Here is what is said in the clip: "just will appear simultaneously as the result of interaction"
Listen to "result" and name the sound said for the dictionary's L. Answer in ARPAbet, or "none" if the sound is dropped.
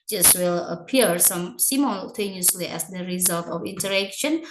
L